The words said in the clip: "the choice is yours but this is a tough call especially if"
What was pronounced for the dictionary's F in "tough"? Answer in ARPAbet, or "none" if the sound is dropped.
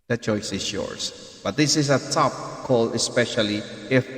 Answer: P